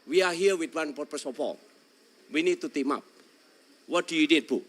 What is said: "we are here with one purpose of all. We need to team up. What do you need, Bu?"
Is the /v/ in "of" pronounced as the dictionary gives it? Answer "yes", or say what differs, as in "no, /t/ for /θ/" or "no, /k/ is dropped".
no, /p/ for /v/